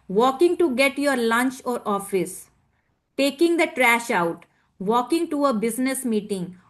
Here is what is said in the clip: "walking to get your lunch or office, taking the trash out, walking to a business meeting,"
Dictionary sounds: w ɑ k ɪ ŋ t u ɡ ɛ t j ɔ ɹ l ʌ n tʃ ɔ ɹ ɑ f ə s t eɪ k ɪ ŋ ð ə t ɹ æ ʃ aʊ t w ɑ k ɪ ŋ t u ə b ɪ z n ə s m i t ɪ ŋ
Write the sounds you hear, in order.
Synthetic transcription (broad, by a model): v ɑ k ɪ ŋ t u ɡ ɛ t j ɔ ɹ l ʌ n tʃ ɔ ɹ ɑ f ə s t eɪ k ɪ ŋ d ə t ɹ æ ʃ aʊ t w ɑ k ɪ ŋ t u ə b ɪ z n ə s m i t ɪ ŋ